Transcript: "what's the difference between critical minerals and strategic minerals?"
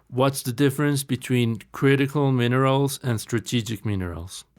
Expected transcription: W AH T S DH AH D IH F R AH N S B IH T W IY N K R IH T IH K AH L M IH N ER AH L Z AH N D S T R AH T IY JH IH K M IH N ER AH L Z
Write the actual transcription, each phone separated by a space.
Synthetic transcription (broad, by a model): W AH T S DH AH D IH F R AH N S B IH T W IY N K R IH T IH K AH L M IH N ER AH L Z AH N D S T R AH T IY JH IH K M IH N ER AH L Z